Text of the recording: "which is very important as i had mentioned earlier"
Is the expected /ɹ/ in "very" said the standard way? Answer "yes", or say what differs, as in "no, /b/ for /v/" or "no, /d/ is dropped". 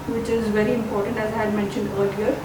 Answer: yes